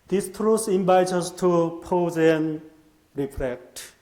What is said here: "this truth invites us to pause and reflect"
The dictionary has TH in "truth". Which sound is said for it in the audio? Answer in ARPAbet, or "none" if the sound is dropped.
S